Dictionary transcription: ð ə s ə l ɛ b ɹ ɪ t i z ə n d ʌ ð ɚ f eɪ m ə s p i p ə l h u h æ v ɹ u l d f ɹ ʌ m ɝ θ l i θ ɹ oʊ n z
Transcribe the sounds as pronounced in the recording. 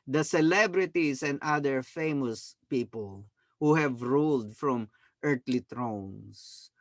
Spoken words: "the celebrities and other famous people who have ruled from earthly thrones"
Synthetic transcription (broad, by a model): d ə s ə l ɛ b ɹ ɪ t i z ə n d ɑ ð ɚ f eɪ m ə s p i p ə l h u h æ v ɹ u l d f ɹ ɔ m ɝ t l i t ɹ oʊ n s